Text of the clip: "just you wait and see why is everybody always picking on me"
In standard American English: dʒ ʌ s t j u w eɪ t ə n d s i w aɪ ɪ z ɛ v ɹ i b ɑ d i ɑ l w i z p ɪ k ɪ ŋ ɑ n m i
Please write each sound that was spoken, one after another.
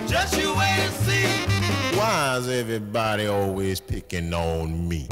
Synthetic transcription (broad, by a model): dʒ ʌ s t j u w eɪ ə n s i w aɪ ɪ z ɛ v ɹ i b ɑ d i ɑ l w i z p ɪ k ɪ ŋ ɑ n m i